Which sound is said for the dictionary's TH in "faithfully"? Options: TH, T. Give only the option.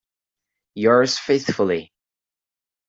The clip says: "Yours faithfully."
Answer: TH